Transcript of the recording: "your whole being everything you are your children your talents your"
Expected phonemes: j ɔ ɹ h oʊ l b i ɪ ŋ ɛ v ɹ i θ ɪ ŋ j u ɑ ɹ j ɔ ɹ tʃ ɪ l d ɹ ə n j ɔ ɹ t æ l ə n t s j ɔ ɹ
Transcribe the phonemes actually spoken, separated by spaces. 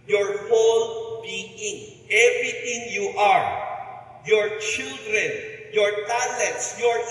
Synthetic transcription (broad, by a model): j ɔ ɹ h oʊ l b i ɪ ŋ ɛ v ɹ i t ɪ ŋ j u ɑ ɹ j ɔ ɹ tʃ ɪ l d ɹ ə n j ɔ ɹ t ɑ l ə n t s j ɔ ɹ